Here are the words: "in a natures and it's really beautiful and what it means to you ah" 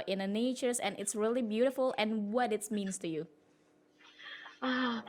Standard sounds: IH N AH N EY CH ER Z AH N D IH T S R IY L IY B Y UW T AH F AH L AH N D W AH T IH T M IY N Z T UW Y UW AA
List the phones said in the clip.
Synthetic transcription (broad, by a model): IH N AH N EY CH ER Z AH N IH T S R IY L IY B Y UW T AH F AH L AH N W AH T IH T M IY N S T UW Y UW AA